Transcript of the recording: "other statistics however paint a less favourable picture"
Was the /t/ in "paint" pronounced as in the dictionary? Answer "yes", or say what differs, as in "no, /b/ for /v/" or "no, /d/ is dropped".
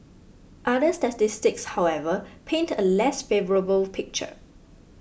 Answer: yes